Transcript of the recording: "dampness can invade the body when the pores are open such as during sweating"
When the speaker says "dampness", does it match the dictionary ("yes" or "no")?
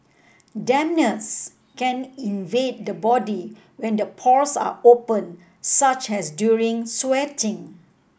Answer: no